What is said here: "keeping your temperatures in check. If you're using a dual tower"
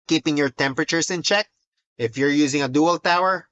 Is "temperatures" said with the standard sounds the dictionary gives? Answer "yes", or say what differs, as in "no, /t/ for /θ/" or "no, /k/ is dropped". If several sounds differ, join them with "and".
no, /s/ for /z/